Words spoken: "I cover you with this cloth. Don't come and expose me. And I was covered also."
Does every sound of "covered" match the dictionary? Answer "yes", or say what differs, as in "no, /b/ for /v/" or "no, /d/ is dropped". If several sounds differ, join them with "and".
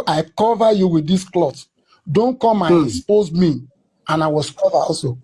no, /d/ is dropped